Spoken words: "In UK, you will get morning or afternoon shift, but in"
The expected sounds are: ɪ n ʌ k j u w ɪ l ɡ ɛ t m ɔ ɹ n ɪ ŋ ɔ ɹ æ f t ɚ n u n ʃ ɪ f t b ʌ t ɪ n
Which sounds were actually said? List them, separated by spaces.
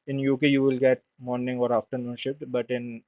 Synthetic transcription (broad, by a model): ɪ n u k j u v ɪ l ɡ ɛ t m ɔ ɹ n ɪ ŋ ɔ ɹ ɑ f t ɚ n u n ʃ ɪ t b ʌ t ɪ n